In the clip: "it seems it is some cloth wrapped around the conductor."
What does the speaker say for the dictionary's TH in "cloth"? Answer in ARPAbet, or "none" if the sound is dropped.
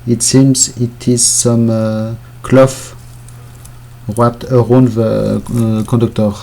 F